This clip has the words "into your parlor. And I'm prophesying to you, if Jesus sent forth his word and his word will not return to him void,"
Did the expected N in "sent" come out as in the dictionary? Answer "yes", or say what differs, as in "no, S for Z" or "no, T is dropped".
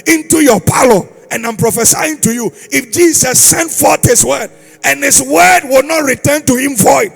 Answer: yes